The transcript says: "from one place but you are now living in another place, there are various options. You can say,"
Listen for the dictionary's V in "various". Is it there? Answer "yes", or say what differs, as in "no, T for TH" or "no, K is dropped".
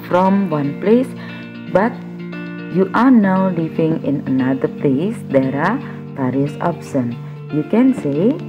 no, P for V